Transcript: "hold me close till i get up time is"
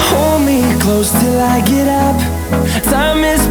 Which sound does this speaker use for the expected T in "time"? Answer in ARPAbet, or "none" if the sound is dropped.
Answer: S